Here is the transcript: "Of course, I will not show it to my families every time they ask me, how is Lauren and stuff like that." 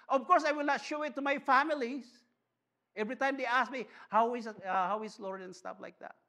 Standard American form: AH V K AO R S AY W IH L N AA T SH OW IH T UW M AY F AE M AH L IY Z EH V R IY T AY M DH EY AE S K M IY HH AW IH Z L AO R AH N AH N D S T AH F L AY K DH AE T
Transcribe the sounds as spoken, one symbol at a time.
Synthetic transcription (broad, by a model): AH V K AO R S AY W IH L N AA T SH OW IH T UW M AY F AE M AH L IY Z EH V R IY T AY M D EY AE S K M IY HH AW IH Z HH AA W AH L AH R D S T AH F L AY K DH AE T